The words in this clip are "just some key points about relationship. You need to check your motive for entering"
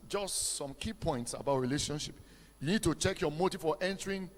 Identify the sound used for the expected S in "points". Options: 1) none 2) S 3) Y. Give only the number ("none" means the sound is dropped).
2